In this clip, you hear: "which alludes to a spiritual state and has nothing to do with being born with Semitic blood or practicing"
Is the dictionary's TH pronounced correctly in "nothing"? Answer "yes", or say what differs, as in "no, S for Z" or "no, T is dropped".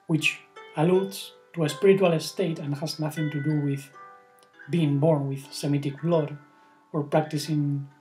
yes